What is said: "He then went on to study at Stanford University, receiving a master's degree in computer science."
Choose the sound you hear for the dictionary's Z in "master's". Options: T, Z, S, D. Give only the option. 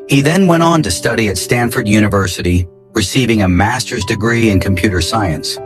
Z